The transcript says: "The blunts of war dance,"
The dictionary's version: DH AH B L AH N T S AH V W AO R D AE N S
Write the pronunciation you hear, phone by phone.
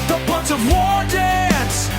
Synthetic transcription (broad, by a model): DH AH B AH N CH AH V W AO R D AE N S